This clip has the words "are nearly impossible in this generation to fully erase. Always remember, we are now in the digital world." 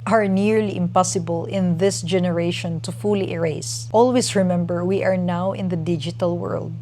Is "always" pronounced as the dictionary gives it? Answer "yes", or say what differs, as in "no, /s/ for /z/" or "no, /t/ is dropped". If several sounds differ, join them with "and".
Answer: no, /s/ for /z/